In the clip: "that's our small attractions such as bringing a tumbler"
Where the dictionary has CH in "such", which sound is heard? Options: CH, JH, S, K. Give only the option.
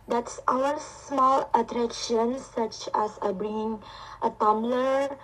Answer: CH